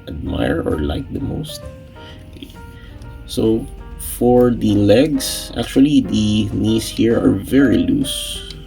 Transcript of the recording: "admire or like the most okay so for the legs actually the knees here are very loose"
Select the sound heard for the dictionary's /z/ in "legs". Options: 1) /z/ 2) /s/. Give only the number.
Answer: 2